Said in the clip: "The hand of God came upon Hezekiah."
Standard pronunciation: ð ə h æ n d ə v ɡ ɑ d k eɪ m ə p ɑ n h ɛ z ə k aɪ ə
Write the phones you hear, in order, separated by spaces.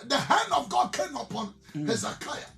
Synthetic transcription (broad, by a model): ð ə h æ n d ə v ɡ ɑ d k eɪ m ə p ɑ n h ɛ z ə k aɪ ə